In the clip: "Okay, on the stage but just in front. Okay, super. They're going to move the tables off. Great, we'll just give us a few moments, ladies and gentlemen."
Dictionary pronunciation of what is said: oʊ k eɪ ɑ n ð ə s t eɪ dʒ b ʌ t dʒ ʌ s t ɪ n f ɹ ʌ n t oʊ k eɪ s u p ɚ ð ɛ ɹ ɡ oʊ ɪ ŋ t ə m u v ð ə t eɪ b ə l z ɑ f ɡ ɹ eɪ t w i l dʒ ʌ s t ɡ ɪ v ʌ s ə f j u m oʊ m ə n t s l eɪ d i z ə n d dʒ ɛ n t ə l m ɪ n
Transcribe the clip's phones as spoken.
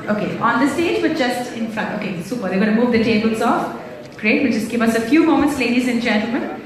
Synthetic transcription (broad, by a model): oʊ k eɪ ɑ n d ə s t eɪ dʒ b ʌ t dʒ ʌ s t ɪ n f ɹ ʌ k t oʊ k eɪ s u p ɚ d ɛ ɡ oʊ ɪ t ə m u v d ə t eɪ b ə l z ɑ f ɡ ɹ eɪ t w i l dʒ ʌ s t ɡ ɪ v ʌ s ə f j u m oʊ m ə n t s l eɪ d i z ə n dʒ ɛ n t l m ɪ n